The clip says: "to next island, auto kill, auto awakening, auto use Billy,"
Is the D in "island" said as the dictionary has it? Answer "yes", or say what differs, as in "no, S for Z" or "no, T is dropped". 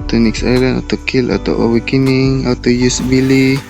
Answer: no, D is dropped